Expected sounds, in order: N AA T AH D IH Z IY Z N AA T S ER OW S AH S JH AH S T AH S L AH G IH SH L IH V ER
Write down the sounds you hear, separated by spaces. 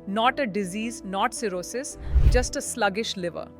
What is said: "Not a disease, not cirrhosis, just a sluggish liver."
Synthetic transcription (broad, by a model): N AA T AH D IH Z IY Z N AA T S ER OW S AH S JH AH S T AH S L AH G IH SH L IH V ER